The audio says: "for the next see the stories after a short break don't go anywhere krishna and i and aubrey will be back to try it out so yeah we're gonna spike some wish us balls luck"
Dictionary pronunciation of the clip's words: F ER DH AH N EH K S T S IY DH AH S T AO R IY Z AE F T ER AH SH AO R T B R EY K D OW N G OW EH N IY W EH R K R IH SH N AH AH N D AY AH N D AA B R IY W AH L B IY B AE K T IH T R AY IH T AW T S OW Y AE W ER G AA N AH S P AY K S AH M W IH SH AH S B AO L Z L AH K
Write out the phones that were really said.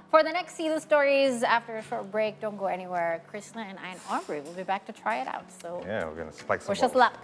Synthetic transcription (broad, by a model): F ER DH AH N EH K S T S IY DH AH S T AO R IY Z AE F T ER AH SH AO R T B R EY K D OW N G OW EH N IY W EH R K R IH S N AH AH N AY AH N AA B R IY W AH L B IY B AE K T IH T R AY IH T AW T S OW Y AE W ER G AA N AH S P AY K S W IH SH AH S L L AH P